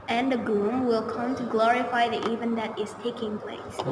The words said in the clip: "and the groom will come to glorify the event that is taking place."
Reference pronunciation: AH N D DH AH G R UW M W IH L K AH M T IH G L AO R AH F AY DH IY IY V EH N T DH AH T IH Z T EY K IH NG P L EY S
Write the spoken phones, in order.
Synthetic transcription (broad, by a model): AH N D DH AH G L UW M W IH L K AH M T IH G L AO R AH F AY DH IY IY V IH N DH AH T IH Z T EY K IH NG P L EY S